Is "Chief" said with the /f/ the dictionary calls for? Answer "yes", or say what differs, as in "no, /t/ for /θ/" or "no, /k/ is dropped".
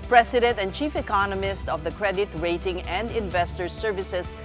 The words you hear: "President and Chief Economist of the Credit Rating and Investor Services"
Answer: yes